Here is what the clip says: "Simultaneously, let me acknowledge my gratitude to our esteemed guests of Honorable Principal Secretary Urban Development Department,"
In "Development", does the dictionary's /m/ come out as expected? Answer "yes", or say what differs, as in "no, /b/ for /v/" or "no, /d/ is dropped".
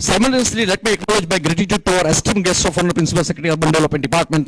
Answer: no, /m/ is dropped